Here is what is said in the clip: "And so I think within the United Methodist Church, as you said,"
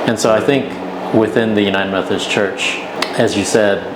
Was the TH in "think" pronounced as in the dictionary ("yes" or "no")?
yes